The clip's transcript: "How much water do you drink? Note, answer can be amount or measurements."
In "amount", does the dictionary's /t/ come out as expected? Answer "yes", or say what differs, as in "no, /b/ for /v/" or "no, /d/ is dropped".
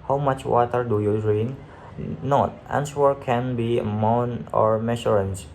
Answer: no, /t/ is dropped